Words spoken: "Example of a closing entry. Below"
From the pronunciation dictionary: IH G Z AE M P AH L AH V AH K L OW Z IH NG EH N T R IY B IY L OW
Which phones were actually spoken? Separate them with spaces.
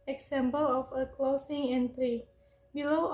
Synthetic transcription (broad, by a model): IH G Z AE M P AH L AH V AH K L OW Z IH NG EH N T R IY B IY L OW